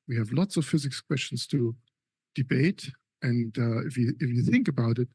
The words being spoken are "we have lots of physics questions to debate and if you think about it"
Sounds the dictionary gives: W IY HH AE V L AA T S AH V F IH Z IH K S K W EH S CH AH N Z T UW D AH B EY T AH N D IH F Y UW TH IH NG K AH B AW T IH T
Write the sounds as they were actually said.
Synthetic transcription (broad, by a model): W IY HH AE V L AA T S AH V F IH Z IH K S K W EH S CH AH N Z T UW D AH B EY T AH N D IH F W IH TH IH NG K AH B AW T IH T